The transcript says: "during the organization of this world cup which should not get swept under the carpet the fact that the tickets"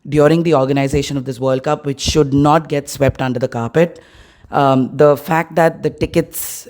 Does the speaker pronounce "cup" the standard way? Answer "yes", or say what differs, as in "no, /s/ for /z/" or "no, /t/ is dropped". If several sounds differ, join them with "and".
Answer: yes